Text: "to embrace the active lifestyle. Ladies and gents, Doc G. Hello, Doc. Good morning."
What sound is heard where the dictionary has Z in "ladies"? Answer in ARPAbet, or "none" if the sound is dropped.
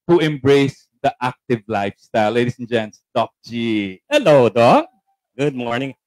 S